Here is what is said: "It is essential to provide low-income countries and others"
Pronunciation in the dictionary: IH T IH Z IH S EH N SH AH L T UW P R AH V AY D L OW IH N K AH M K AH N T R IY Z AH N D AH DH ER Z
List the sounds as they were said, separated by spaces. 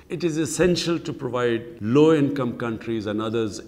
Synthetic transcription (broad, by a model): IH T IH Z IH S EH N SH AH L T UW P R AH V AY D L OW IH N K AH M K AH N T R IY Z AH N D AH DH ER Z